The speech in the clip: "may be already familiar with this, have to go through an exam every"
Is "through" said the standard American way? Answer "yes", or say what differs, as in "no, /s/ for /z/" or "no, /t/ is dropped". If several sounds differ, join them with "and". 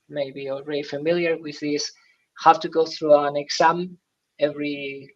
yes